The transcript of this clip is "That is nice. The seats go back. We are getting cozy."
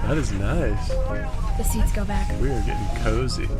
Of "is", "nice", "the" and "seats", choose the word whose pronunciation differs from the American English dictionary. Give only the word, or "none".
none